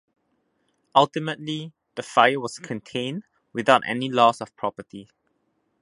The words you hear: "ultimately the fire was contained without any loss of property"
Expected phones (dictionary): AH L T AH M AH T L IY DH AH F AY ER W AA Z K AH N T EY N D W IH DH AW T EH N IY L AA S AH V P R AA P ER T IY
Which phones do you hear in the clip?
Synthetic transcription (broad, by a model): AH L T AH M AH T L IY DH AH F AY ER W AA S K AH N T EY N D W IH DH AW T EH N IY L AA S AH F P R AA P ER T IY